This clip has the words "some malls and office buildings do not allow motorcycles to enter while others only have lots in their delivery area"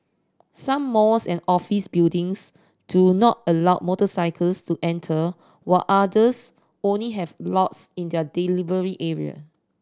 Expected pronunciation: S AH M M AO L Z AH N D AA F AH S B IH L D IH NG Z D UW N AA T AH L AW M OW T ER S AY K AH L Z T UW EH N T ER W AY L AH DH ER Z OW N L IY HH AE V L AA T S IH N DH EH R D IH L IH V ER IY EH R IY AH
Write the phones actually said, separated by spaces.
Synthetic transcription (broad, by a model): S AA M M AO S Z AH N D AA F AH S B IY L D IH NG S D UW N AA T AH L AW M OW T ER S AY K AH L S T UW EH N T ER W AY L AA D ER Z OW N L IY HH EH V L AA T S IH N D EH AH D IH L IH V ER IY EH R IY AH